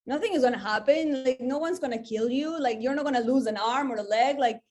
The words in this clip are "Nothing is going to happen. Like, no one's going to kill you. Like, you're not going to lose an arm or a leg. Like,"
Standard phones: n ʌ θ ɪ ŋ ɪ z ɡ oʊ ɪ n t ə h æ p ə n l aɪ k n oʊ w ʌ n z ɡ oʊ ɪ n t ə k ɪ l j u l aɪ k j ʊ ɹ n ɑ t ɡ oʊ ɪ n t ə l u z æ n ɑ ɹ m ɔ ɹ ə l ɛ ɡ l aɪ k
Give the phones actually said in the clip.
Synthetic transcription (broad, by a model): n ʌ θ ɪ ŋ ɪ z ɡ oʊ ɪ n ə h æ p ə n l aɪ k n oʊ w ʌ n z ɡ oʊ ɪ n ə k ɪ l j u l aɪ k j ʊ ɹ n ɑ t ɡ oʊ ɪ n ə l u z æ n ɑ ɹ m ɔ ɹ ə l ɛ ɡ l aɪ k